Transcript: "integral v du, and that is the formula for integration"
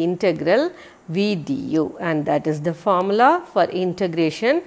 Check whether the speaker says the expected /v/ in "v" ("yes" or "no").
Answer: yes